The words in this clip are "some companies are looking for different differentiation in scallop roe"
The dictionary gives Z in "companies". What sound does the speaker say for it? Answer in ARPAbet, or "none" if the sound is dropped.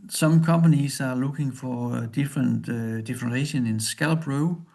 S